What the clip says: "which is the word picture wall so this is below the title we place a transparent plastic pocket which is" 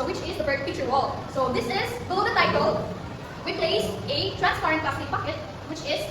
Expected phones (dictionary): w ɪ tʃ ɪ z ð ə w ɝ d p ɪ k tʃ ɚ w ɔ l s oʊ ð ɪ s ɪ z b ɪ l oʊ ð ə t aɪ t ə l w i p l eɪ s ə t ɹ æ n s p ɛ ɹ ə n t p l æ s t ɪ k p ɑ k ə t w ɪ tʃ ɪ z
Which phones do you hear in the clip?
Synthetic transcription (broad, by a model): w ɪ tʃ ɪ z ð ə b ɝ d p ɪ tʃ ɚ w ɔ l s oʊ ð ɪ s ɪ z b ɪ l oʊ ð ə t aɪ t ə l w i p l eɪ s ə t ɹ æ n s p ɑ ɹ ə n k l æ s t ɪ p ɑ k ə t w ɪ tʃ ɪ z